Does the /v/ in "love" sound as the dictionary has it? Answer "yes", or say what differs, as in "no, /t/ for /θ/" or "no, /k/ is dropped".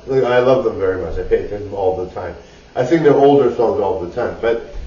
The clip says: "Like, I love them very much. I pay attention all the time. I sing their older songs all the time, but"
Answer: yes